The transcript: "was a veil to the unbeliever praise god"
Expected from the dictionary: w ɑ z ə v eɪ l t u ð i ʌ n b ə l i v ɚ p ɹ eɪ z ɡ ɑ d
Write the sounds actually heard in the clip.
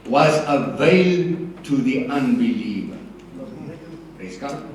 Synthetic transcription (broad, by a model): w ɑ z ə v eɪ l t u ð i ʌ n b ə l i v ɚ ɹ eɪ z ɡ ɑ